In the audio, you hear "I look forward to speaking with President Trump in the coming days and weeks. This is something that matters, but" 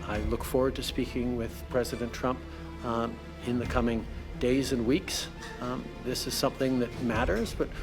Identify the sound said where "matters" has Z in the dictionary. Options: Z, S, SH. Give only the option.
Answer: Z